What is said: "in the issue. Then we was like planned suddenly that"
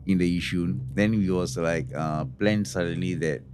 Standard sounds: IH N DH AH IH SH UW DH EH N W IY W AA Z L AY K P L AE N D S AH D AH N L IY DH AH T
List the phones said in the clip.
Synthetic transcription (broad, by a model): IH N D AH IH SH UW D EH N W IY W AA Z L AY K P L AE N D S AH D AH N L IY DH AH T